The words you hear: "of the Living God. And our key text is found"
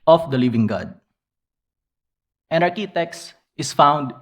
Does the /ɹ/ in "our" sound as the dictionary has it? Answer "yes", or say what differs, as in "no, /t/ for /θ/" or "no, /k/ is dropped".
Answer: yes